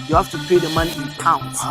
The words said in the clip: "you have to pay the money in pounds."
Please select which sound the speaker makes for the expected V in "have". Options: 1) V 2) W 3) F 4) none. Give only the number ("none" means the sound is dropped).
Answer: 3